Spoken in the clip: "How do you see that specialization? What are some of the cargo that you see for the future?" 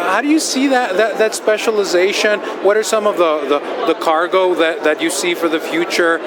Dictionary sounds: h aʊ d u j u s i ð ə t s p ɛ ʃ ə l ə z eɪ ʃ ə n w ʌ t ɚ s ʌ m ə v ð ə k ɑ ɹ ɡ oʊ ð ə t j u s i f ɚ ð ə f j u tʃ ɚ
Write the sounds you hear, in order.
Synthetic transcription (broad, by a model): h aʊ d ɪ j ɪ s i ð ə t s p ɛ ʃ ə l ə z eɪ ʃ ə n w ʌ t ɚ s ʌ m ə v ð ə k ɑ ɹ ɡ oʊ ð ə t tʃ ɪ s i f ɚ ð ə f j u tʃ ɚ